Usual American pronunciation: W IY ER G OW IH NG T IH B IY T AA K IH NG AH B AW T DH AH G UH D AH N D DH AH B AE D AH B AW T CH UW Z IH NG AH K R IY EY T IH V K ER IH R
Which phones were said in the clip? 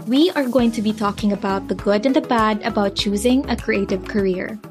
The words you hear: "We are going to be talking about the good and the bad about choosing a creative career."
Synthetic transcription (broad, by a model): W IY ER G OW IH NG T IH B IY T AA K IH NG AH B AW T DH AH G UH D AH N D DH AH B AE D AH B AW T CH UW Z IH NG AH K R IY EY T IH V K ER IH R